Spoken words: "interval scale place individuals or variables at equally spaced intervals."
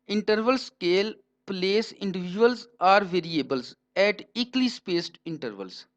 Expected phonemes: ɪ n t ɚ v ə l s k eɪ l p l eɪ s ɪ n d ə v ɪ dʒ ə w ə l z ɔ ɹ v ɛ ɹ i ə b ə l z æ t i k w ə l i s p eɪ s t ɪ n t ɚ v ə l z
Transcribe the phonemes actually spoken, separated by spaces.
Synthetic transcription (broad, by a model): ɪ n t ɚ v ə l s k eɪ l p l eɪ s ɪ n d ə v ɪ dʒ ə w ə l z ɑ ɹ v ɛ ɹ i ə b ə l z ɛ t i k l i s p eɪ s t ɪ n t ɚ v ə l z